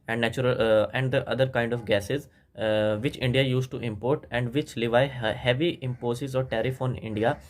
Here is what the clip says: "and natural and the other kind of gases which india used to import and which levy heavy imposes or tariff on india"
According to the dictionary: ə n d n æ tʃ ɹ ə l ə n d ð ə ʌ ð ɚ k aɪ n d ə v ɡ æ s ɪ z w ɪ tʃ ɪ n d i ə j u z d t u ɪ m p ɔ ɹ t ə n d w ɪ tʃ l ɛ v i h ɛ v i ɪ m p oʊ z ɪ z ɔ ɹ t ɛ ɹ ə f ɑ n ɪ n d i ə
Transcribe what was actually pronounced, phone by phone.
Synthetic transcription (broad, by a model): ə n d n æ tʃ ɹ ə l ə n d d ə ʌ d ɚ k aɪ n d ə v ɡ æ s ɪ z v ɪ tʃ ɪ n d i ə j u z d t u ɪ m p ɔ ɹ t ə n d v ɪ tʃ l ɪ v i h ɛ v i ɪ m p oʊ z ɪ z ɔ ɹ t ɛ ɹ ə f ɑ n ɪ n d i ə